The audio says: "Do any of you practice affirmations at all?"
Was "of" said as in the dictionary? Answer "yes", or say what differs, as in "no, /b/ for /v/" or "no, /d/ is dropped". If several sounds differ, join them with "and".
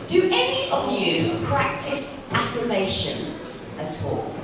yes